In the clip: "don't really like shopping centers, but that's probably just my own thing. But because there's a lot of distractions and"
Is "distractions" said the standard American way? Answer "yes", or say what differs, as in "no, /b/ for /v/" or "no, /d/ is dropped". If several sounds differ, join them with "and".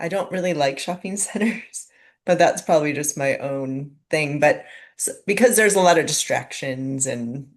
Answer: yes